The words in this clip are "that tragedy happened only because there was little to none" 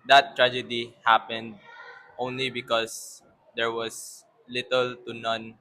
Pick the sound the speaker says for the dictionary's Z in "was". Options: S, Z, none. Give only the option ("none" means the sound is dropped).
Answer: S